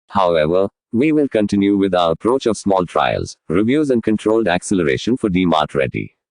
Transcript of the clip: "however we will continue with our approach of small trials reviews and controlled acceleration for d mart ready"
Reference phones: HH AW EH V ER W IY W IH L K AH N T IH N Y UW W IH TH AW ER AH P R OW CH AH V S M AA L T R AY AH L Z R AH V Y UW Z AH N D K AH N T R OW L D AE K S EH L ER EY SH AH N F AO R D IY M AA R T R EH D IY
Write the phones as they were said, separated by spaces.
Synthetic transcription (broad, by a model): HH AW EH V ER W IY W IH L K AH N T IH N Y UW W IH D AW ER AH P R OW CH AH V S M AA L T R AY AH L Z R AH V Y UW Z AH N D K AH N T R OW L D AE K S EH L ER EY SH AH N F AO R D IY M AA R T R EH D IY